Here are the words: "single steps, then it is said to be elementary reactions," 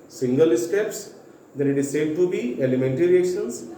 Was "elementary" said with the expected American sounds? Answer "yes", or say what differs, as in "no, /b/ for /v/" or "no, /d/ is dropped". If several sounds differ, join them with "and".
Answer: yes